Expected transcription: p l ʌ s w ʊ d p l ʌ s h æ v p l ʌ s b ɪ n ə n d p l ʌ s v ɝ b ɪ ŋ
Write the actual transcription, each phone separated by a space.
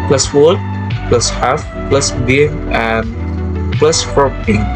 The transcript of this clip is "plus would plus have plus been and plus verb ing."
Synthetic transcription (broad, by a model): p l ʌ s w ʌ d p l ʌ s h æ f p l ʌ s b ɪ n ə n d p l ʌ s f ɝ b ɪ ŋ